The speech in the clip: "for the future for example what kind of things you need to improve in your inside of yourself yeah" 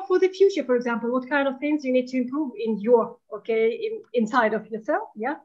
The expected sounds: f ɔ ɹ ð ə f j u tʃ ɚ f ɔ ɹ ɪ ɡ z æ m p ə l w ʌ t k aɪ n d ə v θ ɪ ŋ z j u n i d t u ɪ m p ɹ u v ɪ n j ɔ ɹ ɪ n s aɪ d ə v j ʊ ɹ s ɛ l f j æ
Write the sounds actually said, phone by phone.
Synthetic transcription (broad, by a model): f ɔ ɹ ð ə f j u tʃ ɚ f ɔ ɹ ɪ ɡ z æ m p ə l w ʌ t k aɪ n d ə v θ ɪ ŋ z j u n i d t u ɪ m p ɹ u v ɪ n j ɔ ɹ ɪ n s aɪ d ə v j ʊ ɹ s ɛ l f j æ